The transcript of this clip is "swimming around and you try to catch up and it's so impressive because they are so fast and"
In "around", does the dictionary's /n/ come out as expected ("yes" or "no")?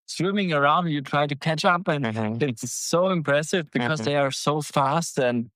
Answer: no